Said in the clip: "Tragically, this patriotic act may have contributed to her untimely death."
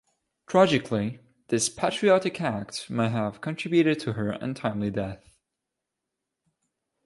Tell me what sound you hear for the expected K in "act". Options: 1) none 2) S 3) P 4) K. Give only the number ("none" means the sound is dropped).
4